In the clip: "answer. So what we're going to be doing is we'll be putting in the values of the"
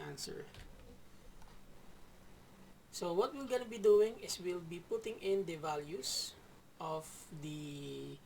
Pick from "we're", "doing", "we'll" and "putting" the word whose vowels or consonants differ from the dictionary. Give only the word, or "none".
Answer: we're